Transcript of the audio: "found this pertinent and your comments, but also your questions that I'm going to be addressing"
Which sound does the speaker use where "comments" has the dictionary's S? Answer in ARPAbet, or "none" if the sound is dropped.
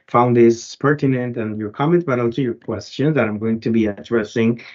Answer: none